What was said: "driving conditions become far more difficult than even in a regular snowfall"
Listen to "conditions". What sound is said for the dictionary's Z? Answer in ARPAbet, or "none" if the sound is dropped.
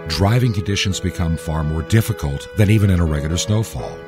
Z